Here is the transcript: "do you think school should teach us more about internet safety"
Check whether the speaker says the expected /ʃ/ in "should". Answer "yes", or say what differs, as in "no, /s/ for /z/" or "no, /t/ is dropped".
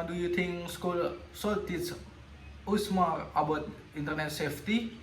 no, /s/ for /ʃ/